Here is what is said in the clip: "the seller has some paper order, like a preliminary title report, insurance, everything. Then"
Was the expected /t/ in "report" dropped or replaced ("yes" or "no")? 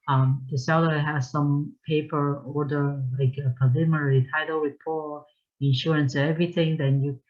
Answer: yes